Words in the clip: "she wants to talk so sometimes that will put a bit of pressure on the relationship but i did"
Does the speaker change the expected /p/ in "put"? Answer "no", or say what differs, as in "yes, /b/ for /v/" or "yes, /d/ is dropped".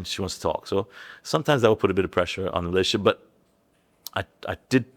no